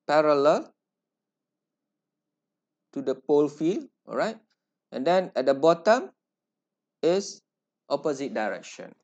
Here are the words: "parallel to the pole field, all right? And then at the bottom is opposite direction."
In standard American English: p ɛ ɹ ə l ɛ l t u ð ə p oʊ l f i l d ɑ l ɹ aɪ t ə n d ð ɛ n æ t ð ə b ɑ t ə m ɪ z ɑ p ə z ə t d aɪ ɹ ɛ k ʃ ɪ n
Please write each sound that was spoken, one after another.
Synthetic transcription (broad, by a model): p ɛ ɹ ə l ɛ l t u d ə p oʊ l f i l ɑ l ɹ aɪ t ə n d ɛ n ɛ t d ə b ɑ t ə m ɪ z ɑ p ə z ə t d aɪ ɹ ɛ k ʃ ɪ n